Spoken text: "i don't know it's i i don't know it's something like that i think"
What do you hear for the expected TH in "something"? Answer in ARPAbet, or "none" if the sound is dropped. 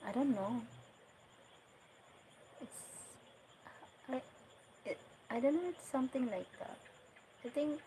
T